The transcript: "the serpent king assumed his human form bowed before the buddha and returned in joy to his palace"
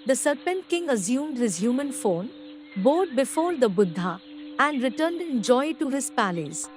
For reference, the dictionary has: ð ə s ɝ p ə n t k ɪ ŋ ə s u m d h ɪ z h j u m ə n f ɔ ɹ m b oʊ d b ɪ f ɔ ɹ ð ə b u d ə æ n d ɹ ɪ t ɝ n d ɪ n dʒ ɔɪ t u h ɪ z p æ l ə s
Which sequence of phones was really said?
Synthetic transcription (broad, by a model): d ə s ɝ p ə n t k ɪ ŋ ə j u m d h ɪ z h j u m ə n f ɔ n b oʊ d b ɪ f ɔ ɹ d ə b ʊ d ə æ n d ɹ ɪ t ɝ n d ɪ n dʒ ɔɪ t u h ɪ z p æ l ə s